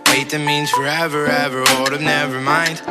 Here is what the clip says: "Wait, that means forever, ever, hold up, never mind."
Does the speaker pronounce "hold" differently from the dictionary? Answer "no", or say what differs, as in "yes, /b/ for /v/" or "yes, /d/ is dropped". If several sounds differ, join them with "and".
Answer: yes, /l/ is dropped